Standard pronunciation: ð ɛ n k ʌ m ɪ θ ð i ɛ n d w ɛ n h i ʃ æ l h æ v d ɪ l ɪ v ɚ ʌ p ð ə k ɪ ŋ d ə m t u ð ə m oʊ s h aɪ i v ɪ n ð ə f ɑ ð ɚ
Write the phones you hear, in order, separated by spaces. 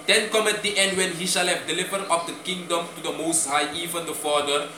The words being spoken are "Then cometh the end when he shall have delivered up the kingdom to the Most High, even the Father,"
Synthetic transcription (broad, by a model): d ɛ n k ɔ m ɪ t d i ɛ n d w ɛ n h i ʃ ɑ l h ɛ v d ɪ l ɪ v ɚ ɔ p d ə k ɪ ŋ d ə m t u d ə m oʊ s h aɪ i v ɪ n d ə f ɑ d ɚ